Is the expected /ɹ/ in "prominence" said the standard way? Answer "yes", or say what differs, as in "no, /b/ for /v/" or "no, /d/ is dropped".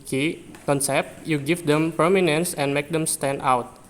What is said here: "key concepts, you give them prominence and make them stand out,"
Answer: no, /ɹ/ is dropped